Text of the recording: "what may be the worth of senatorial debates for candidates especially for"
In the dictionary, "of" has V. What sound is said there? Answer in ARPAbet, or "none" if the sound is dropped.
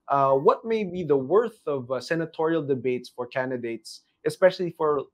V